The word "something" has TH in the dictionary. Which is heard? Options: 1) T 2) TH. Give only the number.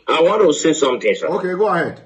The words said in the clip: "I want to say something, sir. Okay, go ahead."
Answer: 1